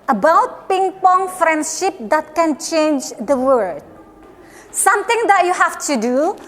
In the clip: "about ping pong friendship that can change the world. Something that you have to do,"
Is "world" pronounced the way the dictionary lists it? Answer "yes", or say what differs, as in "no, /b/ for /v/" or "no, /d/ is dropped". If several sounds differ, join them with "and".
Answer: no, /l/ is dropped